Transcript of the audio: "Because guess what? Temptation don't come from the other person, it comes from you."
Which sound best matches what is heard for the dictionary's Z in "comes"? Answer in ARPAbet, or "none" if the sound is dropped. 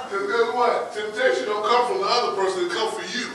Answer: none